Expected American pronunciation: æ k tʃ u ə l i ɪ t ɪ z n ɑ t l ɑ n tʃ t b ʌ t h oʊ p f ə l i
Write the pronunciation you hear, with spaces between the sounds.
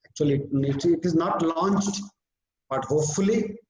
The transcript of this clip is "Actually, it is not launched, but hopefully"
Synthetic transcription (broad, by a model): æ k tʃ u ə l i ɪ t ɪ z n ɑ t l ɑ n tʃ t b ʌ t h oʊ p f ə l i